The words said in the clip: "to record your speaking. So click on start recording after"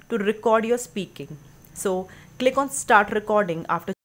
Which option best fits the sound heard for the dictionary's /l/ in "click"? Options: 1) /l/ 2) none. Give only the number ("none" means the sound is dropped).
1